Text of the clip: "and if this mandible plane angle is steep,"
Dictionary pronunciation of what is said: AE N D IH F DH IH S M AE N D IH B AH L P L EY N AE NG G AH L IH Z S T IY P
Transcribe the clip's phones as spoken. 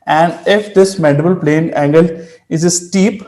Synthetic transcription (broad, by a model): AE N D IH F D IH S M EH D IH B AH L P L EY N AE NG G AH L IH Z S T IY P